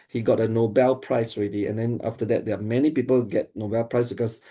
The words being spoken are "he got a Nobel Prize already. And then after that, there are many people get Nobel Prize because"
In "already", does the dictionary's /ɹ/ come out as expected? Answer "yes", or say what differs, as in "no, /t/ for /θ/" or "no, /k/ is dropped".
yes